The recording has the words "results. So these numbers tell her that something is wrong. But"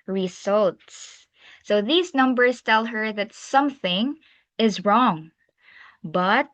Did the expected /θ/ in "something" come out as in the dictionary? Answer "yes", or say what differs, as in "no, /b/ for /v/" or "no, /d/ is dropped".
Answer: yes